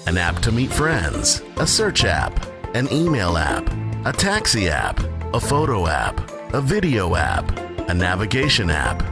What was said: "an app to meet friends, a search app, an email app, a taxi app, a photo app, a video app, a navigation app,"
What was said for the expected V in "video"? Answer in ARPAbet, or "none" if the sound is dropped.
V